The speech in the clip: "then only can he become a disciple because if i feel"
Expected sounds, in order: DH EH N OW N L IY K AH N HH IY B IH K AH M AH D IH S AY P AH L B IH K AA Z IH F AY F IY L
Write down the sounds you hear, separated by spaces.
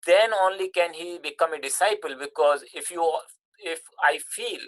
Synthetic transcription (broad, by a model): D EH N OW N L IY K AH N HH IY B IH K AH M AH D IH S AY P AH L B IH K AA Z IH F AY F IY L